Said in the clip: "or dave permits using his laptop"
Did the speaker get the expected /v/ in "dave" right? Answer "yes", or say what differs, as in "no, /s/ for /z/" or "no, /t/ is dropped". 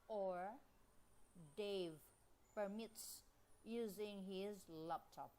yes